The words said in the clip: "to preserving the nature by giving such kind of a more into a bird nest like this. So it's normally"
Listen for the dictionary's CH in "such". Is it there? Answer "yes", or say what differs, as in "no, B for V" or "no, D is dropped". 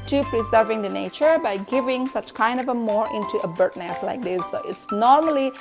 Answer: yes